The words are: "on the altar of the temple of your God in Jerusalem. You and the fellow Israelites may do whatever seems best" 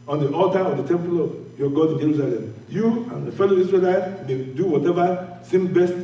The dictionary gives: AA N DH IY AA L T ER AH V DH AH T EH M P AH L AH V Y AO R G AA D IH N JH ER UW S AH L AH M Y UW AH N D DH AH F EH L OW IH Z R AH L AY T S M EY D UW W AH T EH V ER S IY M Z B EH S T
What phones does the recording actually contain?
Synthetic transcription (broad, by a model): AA N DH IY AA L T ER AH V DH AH T EH M P AH L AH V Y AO G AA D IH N JH ER UW S AH L AH M Y UW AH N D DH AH F EH L OW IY S R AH L AY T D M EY D UW W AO T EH V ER S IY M B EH S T